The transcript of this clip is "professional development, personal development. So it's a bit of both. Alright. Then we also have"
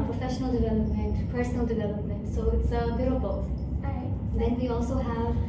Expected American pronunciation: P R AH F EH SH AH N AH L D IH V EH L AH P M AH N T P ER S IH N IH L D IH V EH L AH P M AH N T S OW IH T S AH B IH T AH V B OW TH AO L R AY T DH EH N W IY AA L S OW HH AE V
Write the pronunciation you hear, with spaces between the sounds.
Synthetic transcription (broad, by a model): P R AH F EH SH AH N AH L D IH V EH L AH P M AH N T P ER S IH N IH L D IH V EH L AH P M AH N T S OW IH T S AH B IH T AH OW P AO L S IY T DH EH N W IY AA L S OW HH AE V